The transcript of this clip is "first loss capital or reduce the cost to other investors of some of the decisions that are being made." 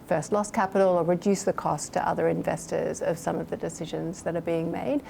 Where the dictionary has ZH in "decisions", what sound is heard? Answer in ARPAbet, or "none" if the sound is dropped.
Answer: ZH